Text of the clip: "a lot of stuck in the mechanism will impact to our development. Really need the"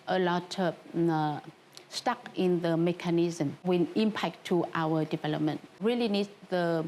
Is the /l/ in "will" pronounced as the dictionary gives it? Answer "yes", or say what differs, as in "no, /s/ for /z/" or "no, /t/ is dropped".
no, /n/ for /l/